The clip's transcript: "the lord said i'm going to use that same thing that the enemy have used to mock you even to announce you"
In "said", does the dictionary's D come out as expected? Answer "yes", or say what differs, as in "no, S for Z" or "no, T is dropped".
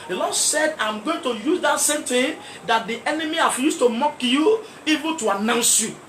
yes